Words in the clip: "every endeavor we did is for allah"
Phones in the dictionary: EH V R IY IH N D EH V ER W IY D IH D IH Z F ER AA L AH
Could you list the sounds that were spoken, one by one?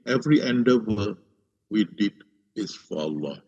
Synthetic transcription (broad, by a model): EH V R IY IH N D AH W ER W IY D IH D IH S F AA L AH